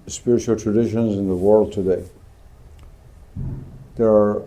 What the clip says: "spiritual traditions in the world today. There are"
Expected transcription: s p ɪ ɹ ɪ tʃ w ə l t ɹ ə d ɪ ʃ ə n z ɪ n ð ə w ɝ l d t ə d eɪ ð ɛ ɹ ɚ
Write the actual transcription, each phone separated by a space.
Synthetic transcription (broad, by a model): s p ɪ ɹ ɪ tʃ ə l t ɹ ə d ɪ ʃ ə n z ɪ n ð ə w ɝ l d t ə d eɪ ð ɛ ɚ